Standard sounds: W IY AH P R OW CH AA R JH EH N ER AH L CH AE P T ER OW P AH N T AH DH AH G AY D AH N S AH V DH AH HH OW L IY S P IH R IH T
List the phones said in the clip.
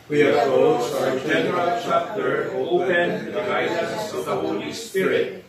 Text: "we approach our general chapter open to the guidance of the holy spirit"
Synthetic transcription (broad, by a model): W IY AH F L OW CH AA JH EH N ER AH L CH AE P T ER OW P AH N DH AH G AY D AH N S AH V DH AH HH OW L IY S P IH R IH T